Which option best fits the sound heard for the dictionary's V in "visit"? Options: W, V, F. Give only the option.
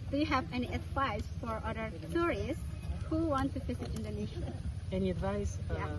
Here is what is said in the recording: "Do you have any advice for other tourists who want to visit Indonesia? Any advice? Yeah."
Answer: F